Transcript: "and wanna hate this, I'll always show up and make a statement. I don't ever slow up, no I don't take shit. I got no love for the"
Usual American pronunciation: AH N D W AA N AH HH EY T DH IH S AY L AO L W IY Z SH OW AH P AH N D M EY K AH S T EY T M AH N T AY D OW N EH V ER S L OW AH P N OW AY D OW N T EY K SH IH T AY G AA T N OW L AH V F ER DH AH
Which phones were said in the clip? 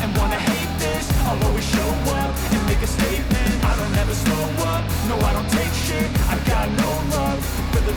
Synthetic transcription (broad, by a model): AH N W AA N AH HH EY T DH IH S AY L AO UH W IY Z SH OW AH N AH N M EY K AH S T EY T M AH N T AY D OW N EH V ER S OW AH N N OW AY D OW N T EY K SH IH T AY G AA T N OW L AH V F ER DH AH